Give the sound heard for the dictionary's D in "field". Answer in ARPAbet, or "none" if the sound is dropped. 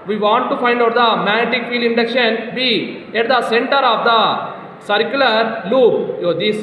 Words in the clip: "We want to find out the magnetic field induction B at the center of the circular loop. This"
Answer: none